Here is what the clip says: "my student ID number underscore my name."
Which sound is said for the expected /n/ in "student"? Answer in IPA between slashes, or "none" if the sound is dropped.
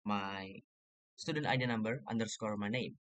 /n/